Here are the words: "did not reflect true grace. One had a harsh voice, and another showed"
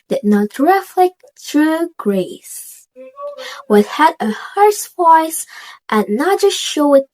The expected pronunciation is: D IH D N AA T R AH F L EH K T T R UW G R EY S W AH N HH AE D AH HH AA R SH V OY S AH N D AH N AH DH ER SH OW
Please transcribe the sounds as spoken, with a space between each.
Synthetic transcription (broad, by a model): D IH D N AA T R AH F L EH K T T R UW G R EY S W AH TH HH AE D AH HH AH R S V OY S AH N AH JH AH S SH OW